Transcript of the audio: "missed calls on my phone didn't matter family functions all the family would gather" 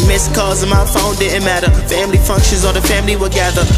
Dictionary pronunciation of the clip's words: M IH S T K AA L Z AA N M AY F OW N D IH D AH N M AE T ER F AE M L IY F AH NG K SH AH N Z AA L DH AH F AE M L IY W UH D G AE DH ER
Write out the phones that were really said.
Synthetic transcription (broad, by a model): M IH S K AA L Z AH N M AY F OW N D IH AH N M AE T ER F AE M L IY F AH NG K SH AH N Z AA N DH AH F AE M L IY W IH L G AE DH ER